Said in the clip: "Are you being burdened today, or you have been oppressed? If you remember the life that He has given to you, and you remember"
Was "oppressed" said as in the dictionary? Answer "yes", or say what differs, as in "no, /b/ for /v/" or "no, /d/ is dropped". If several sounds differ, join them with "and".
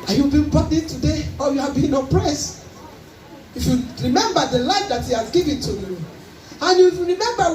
no, /t/ is dropped